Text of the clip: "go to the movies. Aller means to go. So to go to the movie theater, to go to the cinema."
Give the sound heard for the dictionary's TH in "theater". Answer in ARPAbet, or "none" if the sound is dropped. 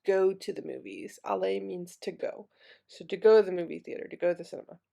TH